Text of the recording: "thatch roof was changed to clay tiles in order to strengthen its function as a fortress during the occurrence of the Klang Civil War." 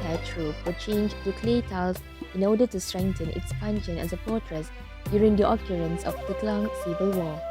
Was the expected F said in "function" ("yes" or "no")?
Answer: no